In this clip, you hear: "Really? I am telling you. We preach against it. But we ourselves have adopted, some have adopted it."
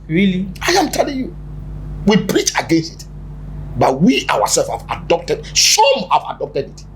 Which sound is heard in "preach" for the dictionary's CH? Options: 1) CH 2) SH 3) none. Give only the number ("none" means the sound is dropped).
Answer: 1